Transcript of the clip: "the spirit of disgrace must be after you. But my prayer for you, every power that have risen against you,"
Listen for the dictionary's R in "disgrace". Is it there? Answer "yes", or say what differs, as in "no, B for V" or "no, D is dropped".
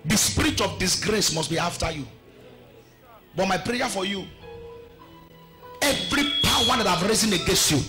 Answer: yes